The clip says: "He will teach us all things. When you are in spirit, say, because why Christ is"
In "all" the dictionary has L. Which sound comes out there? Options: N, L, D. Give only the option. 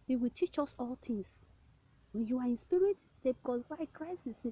L